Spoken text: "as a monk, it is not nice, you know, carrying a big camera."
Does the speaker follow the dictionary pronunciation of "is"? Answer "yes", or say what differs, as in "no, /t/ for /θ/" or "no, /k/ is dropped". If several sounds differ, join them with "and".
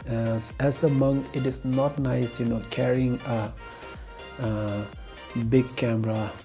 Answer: no, /s/ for /z/